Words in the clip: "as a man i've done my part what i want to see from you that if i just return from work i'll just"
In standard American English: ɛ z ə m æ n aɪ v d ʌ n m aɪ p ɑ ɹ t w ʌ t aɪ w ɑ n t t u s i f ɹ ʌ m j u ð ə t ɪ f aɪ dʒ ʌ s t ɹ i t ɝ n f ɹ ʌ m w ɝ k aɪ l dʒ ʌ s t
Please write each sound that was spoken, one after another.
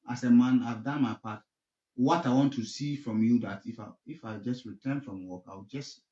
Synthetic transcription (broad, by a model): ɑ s ə m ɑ n aɪ v d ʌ n m aɪ p ɑ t w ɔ t aɪ w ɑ n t t u s i f ɹ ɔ m j u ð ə t ɪ f aɪ dʒ ʌ s t ɹ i t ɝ n f ɹ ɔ m w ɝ k aɪ w dʒ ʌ s t